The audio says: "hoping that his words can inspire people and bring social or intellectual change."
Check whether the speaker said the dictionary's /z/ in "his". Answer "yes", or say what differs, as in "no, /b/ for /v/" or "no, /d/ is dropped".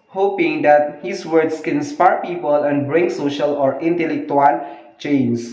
no, /s/ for /z/